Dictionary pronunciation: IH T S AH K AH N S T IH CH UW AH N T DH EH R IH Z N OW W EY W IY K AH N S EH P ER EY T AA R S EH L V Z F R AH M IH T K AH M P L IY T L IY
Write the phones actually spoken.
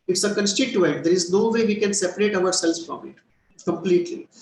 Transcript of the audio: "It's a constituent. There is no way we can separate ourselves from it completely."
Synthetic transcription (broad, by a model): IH T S AH K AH N S T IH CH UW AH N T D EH R IH Z N OW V EY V IY K AH N S EH P ER EY T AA R S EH L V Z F R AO M IH T K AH M P L IY T L IY